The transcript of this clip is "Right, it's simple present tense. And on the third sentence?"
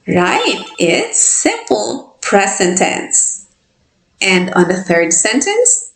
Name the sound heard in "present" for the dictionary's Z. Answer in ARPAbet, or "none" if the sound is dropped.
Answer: S